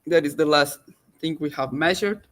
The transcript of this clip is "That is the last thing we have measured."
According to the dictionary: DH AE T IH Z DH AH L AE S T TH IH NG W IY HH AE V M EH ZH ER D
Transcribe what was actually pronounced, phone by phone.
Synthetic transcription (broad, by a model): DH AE T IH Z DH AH L AE S T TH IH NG W IY HH AE V M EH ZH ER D